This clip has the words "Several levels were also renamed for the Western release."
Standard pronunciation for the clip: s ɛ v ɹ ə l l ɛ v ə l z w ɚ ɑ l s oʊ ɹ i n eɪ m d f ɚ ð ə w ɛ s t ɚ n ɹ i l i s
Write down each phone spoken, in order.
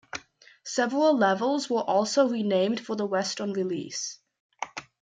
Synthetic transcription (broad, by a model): s ɛ v ɹ ə l l ɛ v ə l z w ɚ ɑ l s oʊ ɹ i n eɪ m d f ɚ ð ə w ɛ s t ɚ n ɹ i l i s